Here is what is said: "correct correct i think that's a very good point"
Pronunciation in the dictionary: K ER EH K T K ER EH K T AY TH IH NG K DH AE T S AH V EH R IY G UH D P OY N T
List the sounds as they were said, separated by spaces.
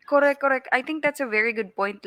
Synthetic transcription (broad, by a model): K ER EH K K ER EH K T AY T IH NG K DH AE T S AH V EH R IY G UH D P OY N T